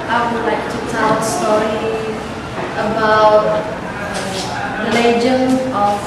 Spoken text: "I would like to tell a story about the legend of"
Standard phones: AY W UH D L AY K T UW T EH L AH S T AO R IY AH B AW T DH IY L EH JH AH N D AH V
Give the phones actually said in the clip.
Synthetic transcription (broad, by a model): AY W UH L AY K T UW T EH L S T AO R IY AH B AW T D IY L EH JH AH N AH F